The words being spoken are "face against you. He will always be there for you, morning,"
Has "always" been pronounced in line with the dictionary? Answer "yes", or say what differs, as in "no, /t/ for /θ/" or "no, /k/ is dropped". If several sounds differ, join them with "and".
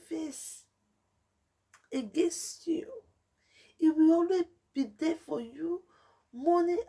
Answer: no, /z/ is dropped